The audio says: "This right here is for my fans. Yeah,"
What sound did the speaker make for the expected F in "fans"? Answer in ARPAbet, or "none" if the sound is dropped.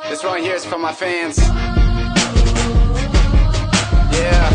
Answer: F